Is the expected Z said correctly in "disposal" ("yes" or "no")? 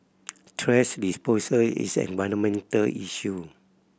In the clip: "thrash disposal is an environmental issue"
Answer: no